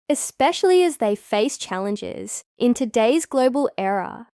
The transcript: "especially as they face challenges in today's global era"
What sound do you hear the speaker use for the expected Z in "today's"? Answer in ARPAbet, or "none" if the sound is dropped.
Z